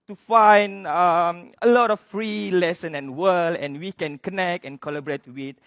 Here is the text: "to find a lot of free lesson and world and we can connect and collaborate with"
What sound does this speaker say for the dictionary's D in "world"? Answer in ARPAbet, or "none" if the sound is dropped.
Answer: none